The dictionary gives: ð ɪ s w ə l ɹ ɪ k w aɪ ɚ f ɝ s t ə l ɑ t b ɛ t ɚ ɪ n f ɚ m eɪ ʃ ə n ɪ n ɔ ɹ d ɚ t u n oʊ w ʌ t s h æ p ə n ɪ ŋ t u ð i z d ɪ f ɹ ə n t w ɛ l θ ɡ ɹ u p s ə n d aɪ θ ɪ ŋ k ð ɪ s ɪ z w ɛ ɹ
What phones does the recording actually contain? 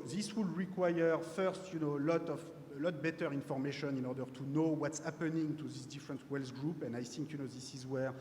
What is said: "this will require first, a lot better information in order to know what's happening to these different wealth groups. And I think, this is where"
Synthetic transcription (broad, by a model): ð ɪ s w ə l ɹ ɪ k w aɪ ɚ f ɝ s t ə l ɑ t b ɛ t ɚ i n f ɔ m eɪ ʃ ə n ɪ n ɔ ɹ d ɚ t u n oʊ w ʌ t s h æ p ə n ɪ ŋ t u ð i s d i f ɹ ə n t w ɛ l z ɡ ɹ u p ə n d aɪ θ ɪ ŋ k ð ɪ s ɪ z w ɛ ɹ